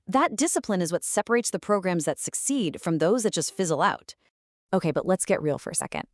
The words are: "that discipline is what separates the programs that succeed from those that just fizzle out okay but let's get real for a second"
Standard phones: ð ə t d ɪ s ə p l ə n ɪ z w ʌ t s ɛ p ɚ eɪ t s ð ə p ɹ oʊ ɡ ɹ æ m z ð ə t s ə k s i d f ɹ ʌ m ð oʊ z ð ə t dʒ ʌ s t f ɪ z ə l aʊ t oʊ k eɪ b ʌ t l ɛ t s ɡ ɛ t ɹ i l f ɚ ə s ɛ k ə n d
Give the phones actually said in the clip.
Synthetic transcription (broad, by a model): ð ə t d ɪ s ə p l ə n ɪ z w ʌ t s ɛ p ɚ eɪ t s ð ə p ɹ oʊ ɡ ɹ æ m z ð ə t s ə k s i d f ɹ ʌ m ð oʊ z ð ə t dʒ ʌ s t f ɪ z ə l aʊ t oʊ k eɪ b ʌ t l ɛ t s ɡ ɛ t ɹ i l f ɚ ə s ɛ k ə n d